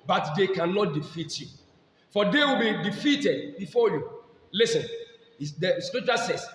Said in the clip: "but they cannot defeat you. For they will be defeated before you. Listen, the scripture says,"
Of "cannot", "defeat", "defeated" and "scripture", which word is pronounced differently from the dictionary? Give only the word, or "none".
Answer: scripture